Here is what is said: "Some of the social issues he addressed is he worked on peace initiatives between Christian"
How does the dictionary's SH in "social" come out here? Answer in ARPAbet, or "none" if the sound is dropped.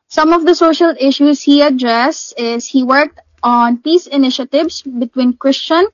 SH